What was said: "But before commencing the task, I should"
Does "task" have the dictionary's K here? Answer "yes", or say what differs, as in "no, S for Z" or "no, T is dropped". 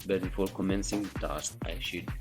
no, K is dropped